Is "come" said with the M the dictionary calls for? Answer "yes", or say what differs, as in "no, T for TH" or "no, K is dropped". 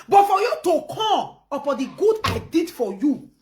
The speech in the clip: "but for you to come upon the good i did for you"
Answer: no, M is dropped